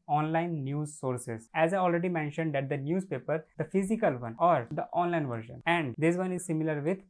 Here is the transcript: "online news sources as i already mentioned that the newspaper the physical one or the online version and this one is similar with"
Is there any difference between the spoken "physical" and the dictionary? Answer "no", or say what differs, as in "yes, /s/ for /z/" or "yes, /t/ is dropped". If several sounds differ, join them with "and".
no